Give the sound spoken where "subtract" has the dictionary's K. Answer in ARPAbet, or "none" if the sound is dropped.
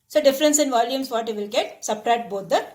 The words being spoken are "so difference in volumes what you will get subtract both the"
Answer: none